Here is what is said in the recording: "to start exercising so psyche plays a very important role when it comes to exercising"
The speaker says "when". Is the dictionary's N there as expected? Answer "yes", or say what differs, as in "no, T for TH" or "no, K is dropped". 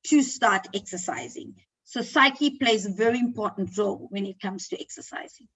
yes